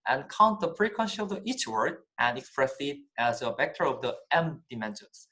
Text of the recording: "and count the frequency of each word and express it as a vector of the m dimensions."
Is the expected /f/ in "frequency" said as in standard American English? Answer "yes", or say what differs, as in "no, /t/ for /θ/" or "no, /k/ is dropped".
no, /p/ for /f/